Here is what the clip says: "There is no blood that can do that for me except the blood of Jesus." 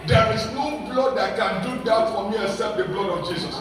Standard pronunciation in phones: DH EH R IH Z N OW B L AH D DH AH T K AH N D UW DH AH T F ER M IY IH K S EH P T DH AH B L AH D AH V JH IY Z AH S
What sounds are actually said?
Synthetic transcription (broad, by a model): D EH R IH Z N OW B L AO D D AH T K AH N D UW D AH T F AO M IY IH S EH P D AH B L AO D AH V JH IY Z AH S